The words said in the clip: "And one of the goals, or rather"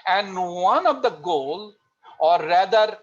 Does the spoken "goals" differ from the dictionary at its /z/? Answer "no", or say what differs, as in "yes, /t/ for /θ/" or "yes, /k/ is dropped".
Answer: yes, /z/ is dropped